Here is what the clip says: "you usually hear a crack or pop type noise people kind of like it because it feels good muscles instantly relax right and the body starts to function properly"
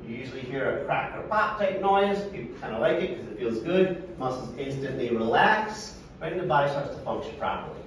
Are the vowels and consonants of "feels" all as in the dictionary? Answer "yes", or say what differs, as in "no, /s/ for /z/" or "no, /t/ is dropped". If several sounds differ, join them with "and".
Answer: yes